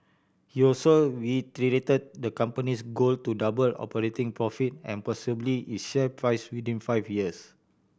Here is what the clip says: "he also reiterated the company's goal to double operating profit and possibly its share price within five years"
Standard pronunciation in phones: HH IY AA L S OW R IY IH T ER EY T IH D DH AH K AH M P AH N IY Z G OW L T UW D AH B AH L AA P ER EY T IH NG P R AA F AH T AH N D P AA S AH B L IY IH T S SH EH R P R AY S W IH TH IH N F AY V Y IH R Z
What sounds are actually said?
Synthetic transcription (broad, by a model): HH IY AA L S OW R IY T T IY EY T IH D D AH K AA M P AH N IY S G OW L T UW D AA B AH L AA P ER EY T IH NG P R AA F AH T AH N P AA S AH B L IY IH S SH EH P R AY S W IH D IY N F AY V Y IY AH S